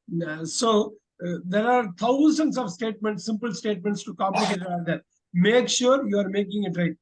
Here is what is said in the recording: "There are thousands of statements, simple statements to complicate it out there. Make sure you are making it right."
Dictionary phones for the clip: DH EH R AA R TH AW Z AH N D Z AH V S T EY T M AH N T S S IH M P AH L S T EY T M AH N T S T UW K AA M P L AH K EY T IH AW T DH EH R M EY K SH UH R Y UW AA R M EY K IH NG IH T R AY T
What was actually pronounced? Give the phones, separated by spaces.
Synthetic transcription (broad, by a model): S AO R AA R T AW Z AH N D S AH V S T EY T M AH N T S S IH M P AH L S T EY T M AH N T S T UW K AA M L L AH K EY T IH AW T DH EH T M EY K SH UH R Y UW AA R M EY K IH NG IH T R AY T